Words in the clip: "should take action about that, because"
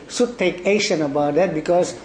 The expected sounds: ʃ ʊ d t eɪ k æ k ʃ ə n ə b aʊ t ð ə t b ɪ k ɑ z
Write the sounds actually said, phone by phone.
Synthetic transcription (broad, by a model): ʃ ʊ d t eɪ k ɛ ʃ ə n ə b aʊ t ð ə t b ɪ k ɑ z